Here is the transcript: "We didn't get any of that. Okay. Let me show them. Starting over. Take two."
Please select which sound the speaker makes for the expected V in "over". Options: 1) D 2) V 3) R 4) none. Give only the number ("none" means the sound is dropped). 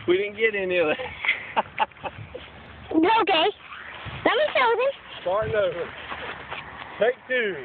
4